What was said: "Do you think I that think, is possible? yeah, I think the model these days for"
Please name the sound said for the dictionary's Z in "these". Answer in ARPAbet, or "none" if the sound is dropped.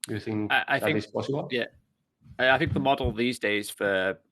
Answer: Z